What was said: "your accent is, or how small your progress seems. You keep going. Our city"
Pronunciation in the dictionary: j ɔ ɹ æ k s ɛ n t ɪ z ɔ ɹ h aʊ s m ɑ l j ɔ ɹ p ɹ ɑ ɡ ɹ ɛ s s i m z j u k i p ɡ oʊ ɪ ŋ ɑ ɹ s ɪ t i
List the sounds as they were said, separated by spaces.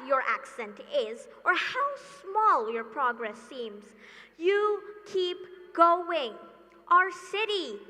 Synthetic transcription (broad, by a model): j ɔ ɹ æ k s ɛ n t ɪ z ɔ ɹ h aʊ s m ɑ l j ɔ ɹ p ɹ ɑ ɡ ɹ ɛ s s i m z j u k i p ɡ oʊ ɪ ŋ ɑ ɹ s ɪ t i